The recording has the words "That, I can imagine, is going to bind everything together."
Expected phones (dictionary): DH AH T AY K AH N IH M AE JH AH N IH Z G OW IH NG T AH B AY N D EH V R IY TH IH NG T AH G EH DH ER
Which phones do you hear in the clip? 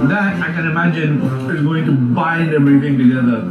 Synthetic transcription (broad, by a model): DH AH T AY K AH N IH M AE JH AH N IH Z G OW IH NG T AH B AY N D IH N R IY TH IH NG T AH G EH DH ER